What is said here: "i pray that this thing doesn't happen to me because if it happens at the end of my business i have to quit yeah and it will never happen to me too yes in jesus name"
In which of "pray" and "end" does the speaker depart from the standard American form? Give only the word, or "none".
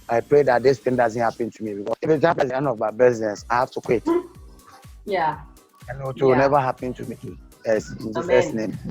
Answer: end